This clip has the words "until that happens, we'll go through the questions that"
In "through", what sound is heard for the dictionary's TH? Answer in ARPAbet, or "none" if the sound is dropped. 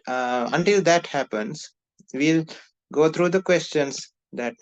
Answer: T